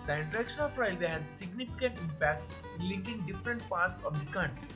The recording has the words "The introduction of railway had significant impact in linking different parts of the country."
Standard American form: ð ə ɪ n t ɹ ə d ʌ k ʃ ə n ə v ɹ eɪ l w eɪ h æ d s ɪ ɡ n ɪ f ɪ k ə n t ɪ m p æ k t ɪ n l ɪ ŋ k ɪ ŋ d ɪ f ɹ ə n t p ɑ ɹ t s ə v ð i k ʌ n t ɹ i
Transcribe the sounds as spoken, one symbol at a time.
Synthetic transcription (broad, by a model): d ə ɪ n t ə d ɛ k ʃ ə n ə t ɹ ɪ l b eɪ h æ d s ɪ ɡ n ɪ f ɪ k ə n t ɪ m p æ k t ɪ n l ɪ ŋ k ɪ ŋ d ɪ f ɹ ə n t p ɑ ɹ t s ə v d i k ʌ n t